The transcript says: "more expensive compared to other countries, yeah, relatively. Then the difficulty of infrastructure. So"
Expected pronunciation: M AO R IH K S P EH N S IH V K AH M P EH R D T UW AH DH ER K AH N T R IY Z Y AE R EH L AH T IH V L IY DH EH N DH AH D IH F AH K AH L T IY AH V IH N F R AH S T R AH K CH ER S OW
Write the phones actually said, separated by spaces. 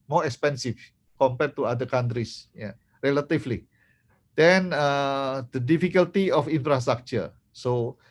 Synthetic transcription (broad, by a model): M AO R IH K S P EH N S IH F K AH M P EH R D T UW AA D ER K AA N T R IY S Y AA R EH L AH T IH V L IY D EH N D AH D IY F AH K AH L T IY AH F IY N F R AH S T R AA K CH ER S OW